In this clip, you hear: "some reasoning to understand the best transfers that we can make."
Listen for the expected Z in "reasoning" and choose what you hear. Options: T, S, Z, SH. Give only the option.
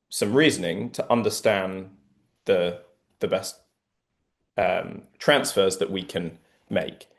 Z